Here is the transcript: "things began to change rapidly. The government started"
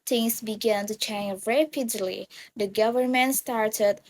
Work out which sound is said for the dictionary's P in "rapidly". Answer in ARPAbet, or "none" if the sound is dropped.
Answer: P